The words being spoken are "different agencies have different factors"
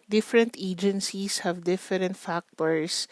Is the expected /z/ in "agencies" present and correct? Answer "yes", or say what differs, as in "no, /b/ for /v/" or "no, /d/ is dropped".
no, /s/ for /z/